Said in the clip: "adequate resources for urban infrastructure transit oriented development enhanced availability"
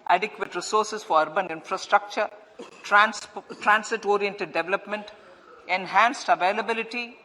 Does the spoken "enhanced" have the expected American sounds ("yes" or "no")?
yes